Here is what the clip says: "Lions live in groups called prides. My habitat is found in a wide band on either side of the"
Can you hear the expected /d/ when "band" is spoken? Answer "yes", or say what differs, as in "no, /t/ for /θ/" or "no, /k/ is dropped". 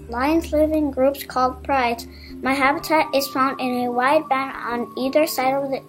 no, /d/ is dropped